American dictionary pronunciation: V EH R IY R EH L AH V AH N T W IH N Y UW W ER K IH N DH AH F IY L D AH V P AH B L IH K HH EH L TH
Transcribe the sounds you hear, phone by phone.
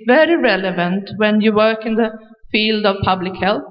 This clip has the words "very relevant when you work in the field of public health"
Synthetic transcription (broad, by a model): V EH R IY R EH L AH V AH N T W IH N Y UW W ER K IH N DH AH F IY L D AH V P AH B L IH K HH EH L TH